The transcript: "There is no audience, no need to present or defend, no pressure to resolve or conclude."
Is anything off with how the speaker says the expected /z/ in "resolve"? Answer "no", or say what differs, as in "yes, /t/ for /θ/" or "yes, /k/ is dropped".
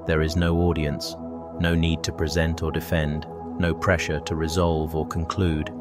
no